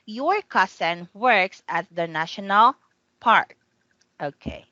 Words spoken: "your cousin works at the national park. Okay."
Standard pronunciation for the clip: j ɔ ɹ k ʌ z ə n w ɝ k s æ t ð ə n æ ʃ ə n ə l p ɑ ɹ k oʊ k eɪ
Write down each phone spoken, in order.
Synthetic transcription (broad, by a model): j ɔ ɹ k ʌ s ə n w ɝ k s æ t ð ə n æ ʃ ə n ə l p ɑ ɹ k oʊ k eɪ